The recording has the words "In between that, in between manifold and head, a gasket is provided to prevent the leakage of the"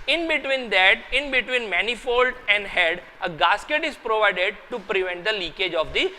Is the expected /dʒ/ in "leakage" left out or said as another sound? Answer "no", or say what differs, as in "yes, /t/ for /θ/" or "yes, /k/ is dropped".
no